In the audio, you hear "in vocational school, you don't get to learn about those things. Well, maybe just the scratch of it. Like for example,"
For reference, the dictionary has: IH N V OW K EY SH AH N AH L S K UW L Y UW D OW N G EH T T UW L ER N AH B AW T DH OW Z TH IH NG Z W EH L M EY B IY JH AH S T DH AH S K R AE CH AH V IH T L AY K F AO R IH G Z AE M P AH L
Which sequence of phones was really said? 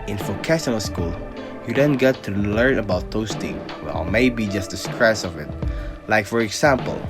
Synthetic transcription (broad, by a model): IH N F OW K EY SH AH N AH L S K UW L Y UW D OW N G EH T T UW L ER N AH B AW T OW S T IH NG W EH L M EY B IY JH AH S T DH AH S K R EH S AH V IH T L AY K F AO R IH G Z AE M P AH L